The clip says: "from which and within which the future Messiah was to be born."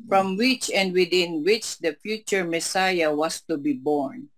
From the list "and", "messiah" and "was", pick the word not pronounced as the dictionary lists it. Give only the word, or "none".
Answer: was